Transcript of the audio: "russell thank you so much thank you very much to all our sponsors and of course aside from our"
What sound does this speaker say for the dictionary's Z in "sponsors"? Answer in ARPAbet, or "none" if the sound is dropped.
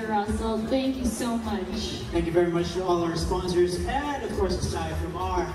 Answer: Z